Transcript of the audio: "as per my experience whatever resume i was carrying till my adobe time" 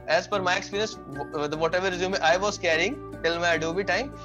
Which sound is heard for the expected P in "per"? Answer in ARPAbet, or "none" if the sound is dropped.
F